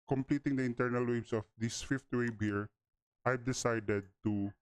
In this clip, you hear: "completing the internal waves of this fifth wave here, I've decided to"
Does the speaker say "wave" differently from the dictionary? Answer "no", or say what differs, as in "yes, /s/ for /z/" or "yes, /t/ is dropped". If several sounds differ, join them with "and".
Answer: yes, /b/ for /v/